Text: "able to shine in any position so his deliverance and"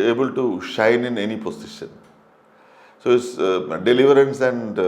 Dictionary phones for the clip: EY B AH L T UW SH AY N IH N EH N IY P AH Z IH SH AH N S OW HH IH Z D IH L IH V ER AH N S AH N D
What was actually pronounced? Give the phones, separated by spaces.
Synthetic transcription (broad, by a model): EY B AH L T UW SH AY N IH N EH N IY P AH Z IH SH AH N S OW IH S D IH L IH V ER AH N S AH N D